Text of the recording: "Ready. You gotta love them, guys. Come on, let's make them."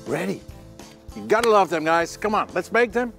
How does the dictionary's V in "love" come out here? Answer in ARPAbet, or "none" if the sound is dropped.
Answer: V